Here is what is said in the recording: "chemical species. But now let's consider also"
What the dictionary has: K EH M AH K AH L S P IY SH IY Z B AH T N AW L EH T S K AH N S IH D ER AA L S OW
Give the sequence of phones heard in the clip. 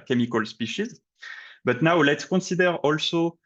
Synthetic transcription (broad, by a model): K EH M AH K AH L S P IY SH IY Z B AH T N AW L EH T S K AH N S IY D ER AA L S OW